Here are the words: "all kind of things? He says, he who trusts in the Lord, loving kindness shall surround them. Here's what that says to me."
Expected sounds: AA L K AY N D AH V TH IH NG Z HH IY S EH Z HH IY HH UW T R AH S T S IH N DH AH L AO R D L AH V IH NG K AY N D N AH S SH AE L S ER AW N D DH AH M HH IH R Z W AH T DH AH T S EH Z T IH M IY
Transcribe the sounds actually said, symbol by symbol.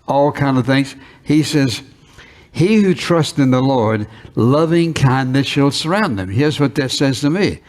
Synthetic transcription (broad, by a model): AA L K AY N D AH V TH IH NG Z HH IY S EH Z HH IY HH UW T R AH S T IH N DH AH L AO R D L AH V IH NG K AY N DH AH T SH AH L S ER AW N DH AH M HH IH R Z W AH T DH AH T S EH Z T IH M IY